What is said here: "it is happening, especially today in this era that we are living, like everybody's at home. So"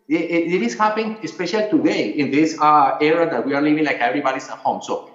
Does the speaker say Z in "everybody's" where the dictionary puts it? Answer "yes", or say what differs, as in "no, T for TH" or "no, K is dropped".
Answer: no, S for Z